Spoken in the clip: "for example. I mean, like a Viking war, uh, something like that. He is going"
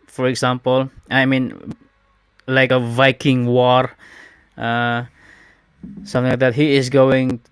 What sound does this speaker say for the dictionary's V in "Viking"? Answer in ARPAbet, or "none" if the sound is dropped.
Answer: V